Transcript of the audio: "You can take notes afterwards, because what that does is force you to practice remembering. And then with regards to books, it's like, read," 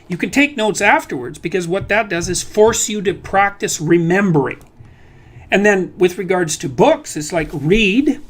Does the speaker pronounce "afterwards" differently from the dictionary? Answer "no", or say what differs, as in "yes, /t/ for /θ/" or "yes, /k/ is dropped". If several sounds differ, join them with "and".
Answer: no